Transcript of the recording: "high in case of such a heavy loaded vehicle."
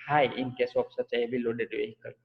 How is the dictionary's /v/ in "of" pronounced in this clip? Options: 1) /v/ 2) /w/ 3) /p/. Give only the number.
3